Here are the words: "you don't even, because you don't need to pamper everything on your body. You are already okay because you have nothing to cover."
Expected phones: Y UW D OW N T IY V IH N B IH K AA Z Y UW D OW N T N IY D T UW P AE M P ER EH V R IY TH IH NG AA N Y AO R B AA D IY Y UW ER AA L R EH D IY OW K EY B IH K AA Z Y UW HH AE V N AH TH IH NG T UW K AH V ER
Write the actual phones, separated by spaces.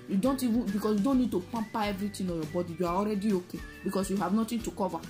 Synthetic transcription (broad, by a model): Y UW D OW N T IY V IH N B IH K AA S Y UW D OW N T N IY D T UW P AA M P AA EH V R IY T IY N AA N Y AO B AA D IY Y UW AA AA L R EH D IY OW K EY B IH K AA S Y UW HH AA V N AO T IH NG T UW K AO V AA